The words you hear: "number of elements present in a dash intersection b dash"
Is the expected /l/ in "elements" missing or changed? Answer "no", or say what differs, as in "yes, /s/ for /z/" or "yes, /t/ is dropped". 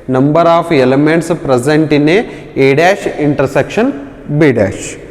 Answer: no